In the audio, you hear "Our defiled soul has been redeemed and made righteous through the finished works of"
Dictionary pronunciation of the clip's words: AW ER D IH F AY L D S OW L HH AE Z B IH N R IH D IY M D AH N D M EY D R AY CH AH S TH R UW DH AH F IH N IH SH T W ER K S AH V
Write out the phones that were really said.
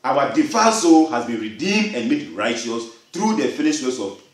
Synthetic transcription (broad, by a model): AW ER D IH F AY S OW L HH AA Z B IH N R IH D IY M D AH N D M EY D R AY CH AH S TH R UW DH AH F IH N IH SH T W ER S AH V